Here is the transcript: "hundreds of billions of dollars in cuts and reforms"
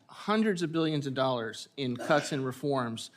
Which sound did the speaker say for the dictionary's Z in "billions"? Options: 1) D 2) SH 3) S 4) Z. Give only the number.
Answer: 4